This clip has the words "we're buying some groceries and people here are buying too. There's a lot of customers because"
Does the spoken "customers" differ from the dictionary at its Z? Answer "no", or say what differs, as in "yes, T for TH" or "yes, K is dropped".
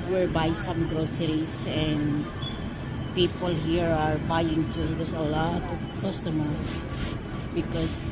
yes, Z is dropped